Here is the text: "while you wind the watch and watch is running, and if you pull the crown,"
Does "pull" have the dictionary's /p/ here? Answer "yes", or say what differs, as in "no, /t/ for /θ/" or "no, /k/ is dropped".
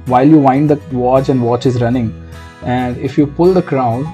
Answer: yes